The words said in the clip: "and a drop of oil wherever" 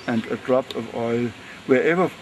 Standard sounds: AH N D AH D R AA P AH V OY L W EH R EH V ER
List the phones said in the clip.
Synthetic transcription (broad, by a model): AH N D AH D R AA P AH V OY L W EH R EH V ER